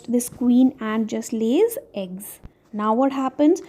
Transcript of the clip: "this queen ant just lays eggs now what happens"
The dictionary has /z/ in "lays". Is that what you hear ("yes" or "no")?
yes